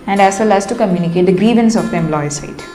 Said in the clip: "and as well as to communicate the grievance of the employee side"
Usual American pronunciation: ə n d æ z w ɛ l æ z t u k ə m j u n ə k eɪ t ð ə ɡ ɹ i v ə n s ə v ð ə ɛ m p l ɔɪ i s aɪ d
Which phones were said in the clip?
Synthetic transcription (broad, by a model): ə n d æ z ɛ l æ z t u k ə m j u n ə k eɪ t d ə ɡ ɹ i v ə n s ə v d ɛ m l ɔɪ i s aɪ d